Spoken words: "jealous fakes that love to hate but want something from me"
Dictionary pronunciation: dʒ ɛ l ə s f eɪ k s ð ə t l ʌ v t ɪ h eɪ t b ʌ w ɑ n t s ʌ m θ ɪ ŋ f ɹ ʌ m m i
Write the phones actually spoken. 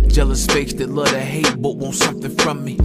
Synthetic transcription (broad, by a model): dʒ ɛ l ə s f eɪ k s ð ə t l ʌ t ɪ h eɪ t b ʌ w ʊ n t s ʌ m f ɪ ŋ f ɹ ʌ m m i